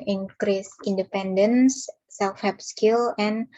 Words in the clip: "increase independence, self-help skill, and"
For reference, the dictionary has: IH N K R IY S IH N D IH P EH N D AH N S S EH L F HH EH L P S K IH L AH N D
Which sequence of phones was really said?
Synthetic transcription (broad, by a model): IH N K R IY S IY N D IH P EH N D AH N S S EH L F HH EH P S K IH L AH N